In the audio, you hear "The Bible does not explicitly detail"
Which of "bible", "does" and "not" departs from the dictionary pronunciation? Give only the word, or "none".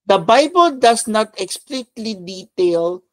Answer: does